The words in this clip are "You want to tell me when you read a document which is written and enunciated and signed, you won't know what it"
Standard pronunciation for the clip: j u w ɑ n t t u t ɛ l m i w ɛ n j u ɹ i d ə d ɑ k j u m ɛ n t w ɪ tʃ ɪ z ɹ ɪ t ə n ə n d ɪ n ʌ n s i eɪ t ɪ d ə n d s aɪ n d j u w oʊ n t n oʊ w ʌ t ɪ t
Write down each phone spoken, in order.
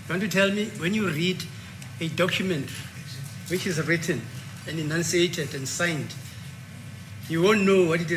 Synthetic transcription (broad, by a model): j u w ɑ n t t u t ɛ l m i w ɛ n j u ɹ i d ə d ɑ k j u m ɛ n t w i tʃ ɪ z ɹ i t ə n ə n d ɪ n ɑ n s i eɪ t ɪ d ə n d s aɪ n d j u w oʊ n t n oʊ w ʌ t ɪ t